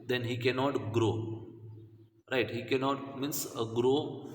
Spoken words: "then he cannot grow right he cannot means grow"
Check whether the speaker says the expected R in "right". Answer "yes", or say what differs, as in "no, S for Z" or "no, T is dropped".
yes